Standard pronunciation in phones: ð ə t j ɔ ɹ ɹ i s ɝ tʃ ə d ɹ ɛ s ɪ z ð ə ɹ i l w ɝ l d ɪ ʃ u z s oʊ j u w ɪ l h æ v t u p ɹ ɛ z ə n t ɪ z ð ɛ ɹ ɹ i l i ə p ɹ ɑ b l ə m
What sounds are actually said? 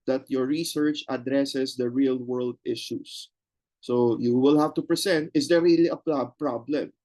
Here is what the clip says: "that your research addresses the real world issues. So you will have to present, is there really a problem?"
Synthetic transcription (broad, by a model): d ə t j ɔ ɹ ɹ i s ɝ tʃ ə d ɹ ɛ s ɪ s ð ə ɹ i l w ɝ l d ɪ ʃ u s oʊ j u w ɪ l h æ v t u p ɹ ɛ s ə n t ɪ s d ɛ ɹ ɹ i l i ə p ɹ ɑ b l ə m